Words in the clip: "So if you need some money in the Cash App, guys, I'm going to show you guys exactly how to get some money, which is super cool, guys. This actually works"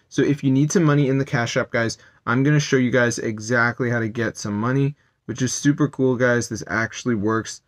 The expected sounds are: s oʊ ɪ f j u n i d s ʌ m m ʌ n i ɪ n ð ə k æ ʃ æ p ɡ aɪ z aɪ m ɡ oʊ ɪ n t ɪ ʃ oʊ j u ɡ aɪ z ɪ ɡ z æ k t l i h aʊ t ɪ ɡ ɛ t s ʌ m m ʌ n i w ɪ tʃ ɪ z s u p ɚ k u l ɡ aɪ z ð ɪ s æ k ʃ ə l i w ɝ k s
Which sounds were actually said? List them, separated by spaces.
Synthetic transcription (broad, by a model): s oʊ ɪ f j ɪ n i d s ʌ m m ʌ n i ɪ n ð ə k æ ʃ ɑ p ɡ aɪ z aɪ m ɡ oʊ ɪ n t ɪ ʃ oʊ j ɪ ɡ aɪ z ɪ ɡ z æ k t l i h aʊ t ɪ ɡ ɛ t s ʌ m m ʌ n i w ɪ tʃ ɪ z s u p ɚ k u l ɡ aɪ z ð ɪ s æ k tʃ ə l i w ɝ k s